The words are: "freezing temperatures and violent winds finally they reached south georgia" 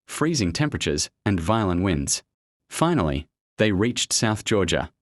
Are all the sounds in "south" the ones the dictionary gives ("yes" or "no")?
yes